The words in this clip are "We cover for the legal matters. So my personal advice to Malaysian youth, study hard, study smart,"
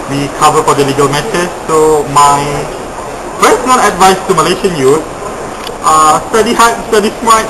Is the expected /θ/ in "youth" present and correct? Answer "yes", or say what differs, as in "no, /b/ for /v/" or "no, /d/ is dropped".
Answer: no, /s/ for /θ/